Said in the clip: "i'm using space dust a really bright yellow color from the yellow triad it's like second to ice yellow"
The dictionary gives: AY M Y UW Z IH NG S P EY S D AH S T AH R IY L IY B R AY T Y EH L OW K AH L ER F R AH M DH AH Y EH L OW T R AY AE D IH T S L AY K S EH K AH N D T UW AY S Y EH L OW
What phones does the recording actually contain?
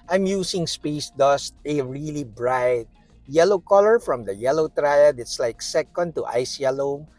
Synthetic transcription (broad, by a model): AY M Y UW S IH NG S P EY S D AH S T AH R IY L IY B R AY T Y EH L OW K AH L ER F R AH M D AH Y EH L OW T R AY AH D IH T S L AY K S EH K AH N D T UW AY S Y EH L OW